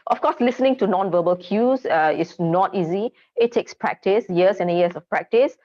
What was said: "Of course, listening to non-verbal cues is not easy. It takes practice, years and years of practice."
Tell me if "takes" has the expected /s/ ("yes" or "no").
yes